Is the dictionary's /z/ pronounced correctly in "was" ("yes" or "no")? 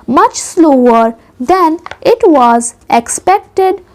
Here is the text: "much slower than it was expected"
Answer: yes